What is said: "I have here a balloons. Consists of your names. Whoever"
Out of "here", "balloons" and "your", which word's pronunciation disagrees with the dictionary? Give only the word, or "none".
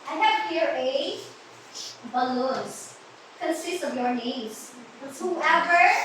balloons